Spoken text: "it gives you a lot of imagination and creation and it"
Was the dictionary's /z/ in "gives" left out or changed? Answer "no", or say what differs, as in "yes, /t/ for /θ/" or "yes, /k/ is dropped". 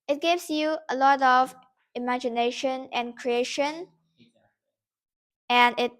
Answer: yes, /s/ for /z/